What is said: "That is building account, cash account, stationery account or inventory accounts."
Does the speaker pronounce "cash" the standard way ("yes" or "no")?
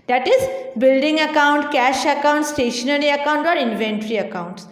yes